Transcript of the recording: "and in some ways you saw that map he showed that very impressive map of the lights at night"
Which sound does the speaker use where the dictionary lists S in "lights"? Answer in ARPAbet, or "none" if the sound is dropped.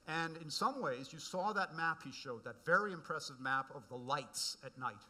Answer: S